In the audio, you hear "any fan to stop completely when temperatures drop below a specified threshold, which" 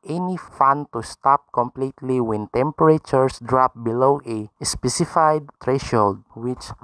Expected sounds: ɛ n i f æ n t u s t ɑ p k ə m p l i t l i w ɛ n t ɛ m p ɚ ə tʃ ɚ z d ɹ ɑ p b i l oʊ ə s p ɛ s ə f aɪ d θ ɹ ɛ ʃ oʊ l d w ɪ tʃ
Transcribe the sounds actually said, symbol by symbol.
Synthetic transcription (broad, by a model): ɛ n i f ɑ n t u s t ɑ p k ə m p l i t l i w ɛ n t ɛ m p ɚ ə tʃ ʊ s d ɹ ɑ p b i l oʊ ə s p ɛ s ə f aɪ d t ɹ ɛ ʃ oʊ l d w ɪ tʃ